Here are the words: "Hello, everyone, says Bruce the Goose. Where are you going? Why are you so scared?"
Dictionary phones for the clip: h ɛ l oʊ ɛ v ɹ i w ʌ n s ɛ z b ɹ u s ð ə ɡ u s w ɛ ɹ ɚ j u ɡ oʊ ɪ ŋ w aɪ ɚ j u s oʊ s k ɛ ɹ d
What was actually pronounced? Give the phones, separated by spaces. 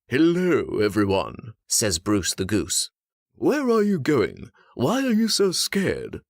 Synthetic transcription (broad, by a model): h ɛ l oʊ ɛ v ɹ i w ʌ n s ɛ z b ɹ u s ð ə ɡ u s w ɛ ɹ ɚ j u ɡ oʊ ɪ ŋ w aɪ ɚ j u s oʊ s k ɛ ɹ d